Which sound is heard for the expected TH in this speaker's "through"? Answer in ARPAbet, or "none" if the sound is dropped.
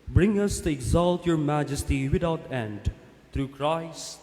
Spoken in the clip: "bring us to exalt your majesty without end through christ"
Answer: T